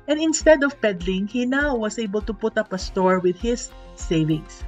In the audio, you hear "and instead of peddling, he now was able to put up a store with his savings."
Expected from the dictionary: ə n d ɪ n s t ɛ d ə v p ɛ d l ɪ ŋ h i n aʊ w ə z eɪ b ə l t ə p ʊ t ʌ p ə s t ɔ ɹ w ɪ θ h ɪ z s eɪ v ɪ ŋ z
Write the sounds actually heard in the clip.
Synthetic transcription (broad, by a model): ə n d ɪ n s t ɛ d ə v p ɛ d l ɪ ŋ h i n aʊ w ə s eɪ b ə l t ə p ʊ t ʌ p ə s t ɔ ɹ w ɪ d h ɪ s eɪ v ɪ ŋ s